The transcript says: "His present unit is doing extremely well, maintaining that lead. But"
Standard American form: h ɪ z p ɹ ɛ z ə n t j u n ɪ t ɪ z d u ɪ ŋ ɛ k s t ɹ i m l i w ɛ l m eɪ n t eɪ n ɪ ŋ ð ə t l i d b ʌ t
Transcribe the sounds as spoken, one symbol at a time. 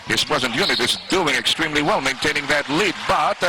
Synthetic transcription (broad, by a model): h ɪ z p ɹ ɛ z ə n t j u n ɪ t ɪ z d u ɪ ŋ ɛ k s t ɹ i m l i w ɛ l m eɪ n t eɪ n ɪ ŋ ð ə t l i d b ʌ t